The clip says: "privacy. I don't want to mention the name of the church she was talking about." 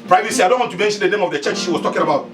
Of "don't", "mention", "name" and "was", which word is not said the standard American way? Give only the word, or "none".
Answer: was